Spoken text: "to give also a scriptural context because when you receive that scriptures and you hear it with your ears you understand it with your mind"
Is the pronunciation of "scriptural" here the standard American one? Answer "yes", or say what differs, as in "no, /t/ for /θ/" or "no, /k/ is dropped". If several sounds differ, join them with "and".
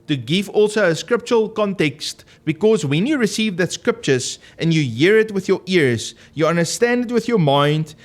yes